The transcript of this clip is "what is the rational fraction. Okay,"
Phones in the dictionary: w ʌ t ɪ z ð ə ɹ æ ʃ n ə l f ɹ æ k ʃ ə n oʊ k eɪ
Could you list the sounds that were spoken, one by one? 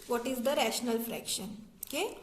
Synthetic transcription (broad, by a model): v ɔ t ɪ z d ə ɹ æ ʃ n ə l f ɹ æ k ʃ ə n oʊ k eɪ